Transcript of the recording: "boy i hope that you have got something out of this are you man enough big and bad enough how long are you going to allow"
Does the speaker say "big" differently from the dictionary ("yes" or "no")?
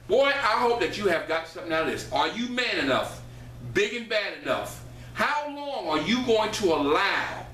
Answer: no